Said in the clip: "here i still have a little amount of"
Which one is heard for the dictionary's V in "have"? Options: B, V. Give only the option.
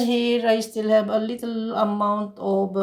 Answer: B